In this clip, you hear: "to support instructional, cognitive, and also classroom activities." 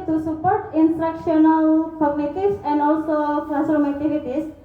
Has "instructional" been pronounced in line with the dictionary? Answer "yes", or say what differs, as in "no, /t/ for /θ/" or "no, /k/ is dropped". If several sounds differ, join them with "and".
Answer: yes